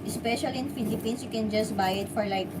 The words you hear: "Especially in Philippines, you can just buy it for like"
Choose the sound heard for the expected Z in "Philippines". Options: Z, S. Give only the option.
S